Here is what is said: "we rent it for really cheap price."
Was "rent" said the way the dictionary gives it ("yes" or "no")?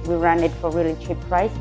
no